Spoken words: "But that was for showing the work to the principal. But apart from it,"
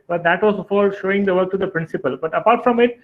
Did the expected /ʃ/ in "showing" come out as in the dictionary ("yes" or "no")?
yes